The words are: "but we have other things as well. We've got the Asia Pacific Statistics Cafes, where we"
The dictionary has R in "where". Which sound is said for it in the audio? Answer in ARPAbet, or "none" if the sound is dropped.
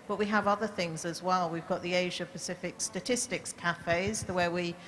W